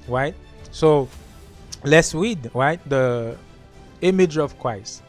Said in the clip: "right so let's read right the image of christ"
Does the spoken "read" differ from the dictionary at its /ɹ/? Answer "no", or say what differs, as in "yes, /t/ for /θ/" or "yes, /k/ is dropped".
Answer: yes, /w/ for /ɹ/